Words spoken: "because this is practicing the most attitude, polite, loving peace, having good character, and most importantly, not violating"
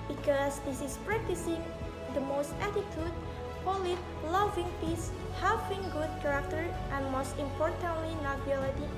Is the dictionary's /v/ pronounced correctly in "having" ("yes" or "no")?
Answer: no